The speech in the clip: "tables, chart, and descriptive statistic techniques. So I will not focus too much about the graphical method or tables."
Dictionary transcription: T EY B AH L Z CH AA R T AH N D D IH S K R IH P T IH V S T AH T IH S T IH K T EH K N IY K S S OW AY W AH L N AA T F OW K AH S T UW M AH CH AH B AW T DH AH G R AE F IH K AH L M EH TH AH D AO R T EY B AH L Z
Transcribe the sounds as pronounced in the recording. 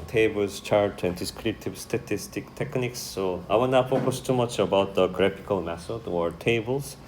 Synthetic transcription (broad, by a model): T EY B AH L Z CH AA R T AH N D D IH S K R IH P T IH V S T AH T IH S T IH K T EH K N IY K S S OW AY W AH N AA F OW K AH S T UW M AH CH AH B AW T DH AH G R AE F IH K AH L M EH S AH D AO R T EY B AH L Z